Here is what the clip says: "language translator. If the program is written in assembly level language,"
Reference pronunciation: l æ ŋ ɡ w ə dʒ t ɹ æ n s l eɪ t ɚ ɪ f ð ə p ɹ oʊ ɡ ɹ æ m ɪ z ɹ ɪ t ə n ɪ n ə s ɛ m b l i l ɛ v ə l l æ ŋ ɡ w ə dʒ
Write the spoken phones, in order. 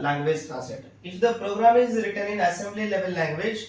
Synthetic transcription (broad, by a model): l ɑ ŋ ɡ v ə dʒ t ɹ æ s eɪ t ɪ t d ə p ɹ oʊ ɡ ɹ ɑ m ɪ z ɹ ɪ t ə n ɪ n ə s ɛ m b l i l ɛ v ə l l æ ŋ ɡ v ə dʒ